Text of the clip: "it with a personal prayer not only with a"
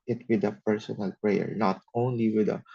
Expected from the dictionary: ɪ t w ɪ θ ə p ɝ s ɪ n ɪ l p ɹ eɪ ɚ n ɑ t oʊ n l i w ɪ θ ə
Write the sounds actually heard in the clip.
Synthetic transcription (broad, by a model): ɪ t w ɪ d ə p ɝ s ɪ n ɪ l p ɹ eɪ ɚ n ɑ t oʊ n l i w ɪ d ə